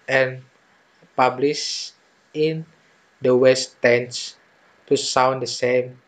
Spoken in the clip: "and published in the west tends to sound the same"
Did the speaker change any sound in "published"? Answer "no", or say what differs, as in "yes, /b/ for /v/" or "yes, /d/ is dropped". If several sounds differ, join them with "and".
yes, /t/ is dropped